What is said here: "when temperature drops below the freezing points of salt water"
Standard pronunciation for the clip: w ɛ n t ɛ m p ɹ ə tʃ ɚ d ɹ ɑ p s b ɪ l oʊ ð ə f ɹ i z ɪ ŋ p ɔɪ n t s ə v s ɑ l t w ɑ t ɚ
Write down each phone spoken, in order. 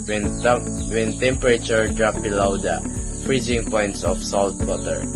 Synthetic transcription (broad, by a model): w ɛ n t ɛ m p ɹ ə tʃ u d ɹ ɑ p b ɪ l oʊ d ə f ɹ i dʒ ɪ ŋ p ɔɪ n t s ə f s ɑ l t w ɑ t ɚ